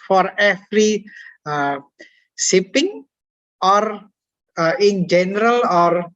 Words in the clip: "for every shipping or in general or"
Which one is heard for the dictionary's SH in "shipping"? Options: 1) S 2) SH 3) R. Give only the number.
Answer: 1